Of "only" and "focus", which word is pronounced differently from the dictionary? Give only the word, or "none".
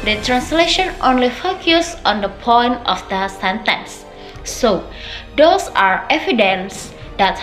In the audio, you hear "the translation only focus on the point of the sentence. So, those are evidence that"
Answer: none